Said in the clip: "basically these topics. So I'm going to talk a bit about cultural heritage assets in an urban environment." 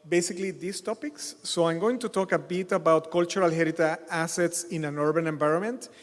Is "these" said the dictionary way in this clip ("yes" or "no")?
no